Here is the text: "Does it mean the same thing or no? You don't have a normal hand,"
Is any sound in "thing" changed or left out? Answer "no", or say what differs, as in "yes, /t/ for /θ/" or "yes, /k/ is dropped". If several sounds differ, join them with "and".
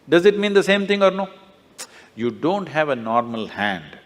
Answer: yes, /t/ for /θ/